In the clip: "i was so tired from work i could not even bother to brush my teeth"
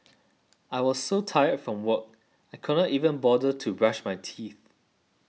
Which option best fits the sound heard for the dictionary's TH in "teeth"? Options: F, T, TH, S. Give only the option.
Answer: TH